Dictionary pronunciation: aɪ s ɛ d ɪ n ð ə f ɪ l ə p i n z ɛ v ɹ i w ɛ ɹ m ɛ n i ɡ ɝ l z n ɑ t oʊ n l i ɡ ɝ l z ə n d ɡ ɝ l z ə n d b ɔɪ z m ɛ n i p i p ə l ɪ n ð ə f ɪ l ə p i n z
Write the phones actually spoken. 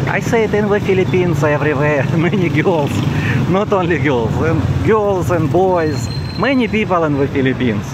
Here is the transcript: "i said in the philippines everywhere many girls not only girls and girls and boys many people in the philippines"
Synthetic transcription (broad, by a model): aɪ s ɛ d ɪ n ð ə f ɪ l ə p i n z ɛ v ɹ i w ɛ m ɛ n i ɡ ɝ l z n ɑ t oʊ n l i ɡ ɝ l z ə n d ɡ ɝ l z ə n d b ɔɪ z m ɛ n i p i p ə l ɪ n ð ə f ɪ l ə p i n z